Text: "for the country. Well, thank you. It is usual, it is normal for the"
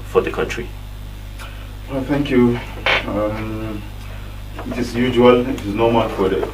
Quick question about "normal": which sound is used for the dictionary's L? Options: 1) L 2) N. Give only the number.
2